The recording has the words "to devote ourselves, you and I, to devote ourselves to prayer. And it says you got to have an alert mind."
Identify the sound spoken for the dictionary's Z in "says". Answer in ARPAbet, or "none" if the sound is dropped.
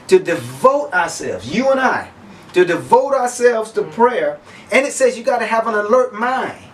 Z